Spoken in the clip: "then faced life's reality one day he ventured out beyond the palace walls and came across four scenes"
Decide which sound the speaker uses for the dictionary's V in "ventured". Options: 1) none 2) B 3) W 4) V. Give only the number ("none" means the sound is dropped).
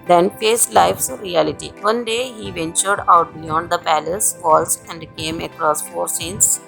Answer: 4